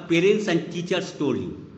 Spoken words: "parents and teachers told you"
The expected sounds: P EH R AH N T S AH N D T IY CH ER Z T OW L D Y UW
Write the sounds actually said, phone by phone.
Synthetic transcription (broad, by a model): P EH R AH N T S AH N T IY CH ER S T OW D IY